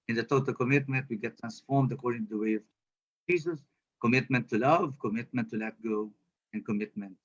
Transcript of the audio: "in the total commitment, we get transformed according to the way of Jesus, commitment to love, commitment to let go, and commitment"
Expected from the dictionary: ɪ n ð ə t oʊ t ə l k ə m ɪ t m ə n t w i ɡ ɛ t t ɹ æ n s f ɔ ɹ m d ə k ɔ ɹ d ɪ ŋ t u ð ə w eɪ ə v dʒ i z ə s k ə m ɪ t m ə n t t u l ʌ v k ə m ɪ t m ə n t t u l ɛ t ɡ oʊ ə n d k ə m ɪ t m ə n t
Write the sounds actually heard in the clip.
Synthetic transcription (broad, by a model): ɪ n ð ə t oʊ t ə l k ə m ɪ t m ə n t w i ɡ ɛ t t ɹ æ n s f ɔ ɹ m d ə k ɔ ɹ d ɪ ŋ t u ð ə w eɪ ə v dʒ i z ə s k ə m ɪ t m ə n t t u l ʌ v k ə m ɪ t m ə n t t u l ɛ t ɡ oʊ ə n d k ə m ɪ t m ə n t